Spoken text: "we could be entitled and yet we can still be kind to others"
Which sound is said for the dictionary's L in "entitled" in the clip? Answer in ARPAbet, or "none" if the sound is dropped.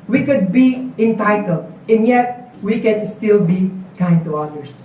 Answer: L